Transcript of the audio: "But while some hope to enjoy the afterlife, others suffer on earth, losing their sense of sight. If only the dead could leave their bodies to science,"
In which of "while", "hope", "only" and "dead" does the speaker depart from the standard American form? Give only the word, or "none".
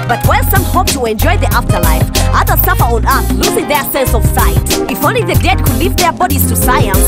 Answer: while